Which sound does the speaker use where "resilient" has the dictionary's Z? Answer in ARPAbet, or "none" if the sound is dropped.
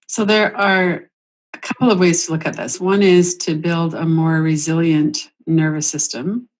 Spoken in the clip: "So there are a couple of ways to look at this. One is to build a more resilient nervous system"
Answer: Z